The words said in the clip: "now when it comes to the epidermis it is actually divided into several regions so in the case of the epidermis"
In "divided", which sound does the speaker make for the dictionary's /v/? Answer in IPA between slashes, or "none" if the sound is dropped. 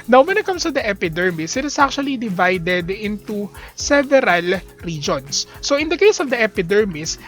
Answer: /v/